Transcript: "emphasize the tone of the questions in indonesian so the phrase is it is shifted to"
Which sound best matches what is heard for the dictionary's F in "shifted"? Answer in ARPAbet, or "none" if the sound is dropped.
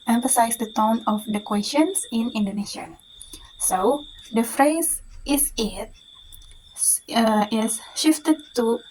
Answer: F